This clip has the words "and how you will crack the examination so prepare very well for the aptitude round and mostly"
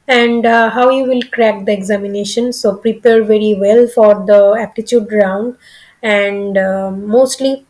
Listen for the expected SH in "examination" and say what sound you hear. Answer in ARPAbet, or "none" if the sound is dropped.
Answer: SH